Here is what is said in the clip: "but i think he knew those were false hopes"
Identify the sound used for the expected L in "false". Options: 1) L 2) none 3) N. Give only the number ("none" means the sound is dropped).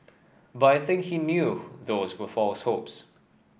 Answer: 1